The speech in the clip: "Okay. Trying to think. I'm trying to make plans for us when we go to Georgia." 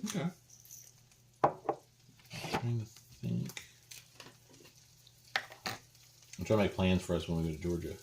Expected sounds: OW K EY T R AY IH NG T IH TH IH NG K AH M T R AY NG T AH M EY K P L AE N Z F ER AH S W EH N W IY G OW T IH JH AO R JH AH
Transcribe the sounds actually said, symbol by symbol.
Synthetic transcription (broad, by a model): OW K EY T R AY IH NG T IH TH IH NG K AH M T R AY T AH M EY K P L AE N Z F ER AH S W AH N W IY G OW T IH JH AO R JH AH